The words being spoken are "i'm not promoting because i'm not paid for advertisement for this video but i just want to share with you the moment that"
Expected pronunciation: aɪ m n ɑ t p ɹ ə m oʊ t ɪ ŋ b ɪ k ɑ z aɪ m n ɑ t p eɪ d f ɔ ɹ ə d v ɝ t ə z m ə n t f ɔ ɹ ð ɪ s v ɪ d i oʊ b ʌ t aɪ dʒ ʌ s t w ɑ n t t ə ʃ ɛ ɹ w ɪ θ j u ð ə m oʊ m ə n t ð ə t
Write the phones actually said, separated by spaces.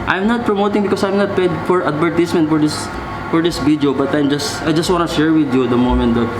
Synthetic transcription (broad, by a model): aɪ m n ɑ t p ɹ ə m oʊ t ɪ ŋ b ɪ k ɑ s aɪ m n ɑ t p eɪ d f ɔ ɹ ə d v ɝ t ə s m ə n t f ɔ ɹ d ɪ s f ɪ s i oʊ b ʌ t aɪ dʒ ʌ s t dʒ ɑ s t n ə ʃ ɛ ɹ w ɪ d j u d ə m oʊ m ə n t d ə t